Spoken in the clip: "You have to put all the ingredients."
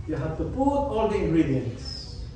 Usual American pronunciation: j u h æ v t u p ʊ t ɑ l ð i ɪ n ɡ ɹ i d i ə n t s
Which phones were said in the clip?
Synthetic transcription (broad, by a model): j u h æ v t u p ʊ ɑ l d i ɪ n ɡ ɹ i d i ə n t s